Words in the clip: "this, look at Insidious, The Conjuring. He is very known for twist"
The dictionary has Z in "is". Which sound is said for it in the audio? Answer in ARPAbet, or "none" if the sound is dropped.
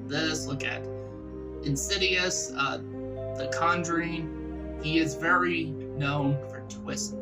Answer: Z